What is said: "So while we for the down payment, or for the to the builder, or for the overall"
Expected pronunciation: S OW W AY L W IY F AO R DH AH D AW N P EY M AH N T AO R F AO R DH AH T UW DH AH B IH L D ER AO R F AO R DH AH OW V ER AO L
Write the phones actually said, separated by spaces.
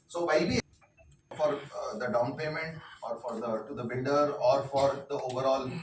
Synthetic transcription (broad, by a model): S OW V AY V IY F AO R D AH D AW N P EY M AH N T AO R F AO R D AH T UW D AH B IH N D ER AO R F AO R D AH OW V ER AO L